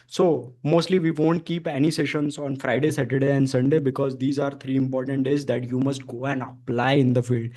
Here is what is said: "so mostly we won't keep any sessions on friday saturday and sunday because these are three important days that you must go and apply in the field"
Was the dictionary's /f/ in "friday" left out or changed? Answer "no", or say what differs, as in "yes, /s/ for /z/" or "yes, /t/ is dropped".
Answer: no